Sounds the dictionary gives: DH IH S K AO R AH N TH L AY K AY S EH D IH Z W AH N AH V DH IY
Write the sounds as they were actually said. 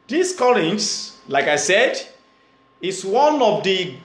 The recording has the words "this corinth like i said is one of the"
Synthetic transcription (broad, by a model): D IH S K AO L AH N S L AY K AY S EH D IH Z W AH N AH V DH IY